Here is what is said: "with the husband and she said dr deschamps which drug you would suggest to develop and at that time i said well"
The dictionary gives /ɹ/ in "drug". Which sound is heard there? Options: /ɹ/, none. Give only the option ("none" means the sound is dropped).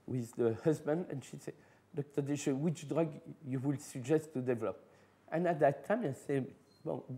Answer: /ɹ/